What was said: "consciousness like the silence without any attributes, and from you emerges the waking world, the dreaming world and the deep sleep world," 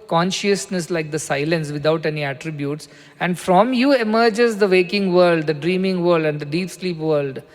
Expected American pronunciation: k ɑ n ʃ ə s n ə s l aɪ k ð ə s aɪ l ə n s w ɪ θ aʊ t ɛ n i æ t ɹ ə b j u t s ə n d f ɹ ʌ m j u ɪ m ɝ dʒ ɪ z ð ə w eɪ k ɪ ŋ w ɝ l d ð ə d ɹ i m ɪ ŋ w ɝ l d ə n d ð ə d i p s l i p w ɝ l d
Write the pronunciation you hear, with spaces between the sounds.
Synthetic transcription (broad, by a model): k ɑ n ʃ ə s n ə s l aɪ k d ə s aɪ l ə n s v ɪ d aʊ t ɛ n i æ t ɹ ə b j u t s ə n d f ɹ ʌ m j u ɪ m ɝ dʒ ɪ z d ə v eɪ k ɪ ŋ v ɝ l d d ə d ɹ i m ɪ ŋ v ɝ l d ə n d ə d i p s l i p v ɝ l d